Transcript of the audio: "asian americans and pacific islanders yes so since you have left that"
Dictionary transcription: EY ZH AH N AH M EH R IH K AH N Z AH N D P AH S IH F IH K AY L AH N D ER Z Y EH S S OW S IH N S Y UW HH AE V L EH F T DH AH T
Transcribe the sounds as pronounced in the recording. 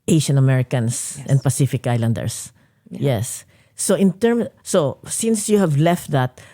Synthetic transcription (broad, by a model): EY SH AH N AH M EH R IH K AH N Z AH N D P AH S IH F IH K AY L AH N D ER S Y EH S S OW S IH N S Y UW HH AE V L EH F T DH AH T